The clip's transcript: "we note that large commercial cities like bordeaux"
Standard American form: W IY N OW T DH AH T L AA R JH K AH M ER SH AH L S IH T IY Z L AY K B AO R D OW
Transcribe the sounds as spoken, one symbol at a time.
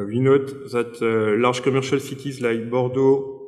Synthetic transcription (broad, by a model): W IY N OW T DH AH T L AA R ZH K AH M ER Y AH L S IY T IY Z L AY B AO R D OW